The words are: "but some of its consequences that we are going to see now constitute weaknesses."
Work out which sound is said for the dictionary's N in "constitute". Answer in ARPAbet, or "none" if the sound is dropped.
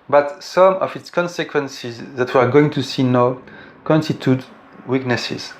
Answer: N